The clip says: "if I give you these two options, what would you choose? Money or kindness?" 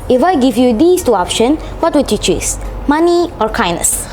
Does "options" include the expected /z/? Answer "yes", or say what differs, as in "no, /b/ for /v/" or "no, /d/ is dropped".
no, /z/ is dropped